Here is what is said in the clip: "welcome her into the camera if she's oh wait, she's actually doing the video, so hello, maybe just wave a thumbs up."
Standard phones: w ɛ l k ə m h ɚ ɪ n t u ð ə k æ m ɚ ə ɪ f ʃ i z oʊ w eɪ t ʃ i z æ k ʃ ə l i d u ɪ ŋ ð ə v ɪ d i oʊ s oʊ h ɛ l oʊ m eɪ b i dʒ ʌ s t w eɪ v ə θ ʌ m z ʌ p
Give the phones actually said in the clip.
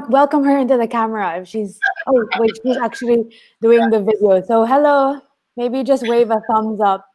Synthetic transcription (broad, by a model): w ɛ l k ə m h ɚ ɪ n t u ð ə k æ m ɚ ə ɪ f ʃ i z oʊ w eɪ ʃ i z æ k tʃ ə l i d u ɪ ŋ ð ə v ɪ d i oʊ s oʊ h ɛ l oʊ m eɪ b i dʒ ʌ s t w eɪ v ə θ ʌ m z ʌ p